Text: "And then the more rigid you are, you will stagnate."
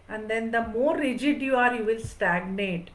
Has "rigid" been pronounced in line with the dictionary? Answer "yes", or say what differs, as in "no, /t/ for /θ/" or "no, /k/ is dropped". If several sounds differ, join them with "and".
yes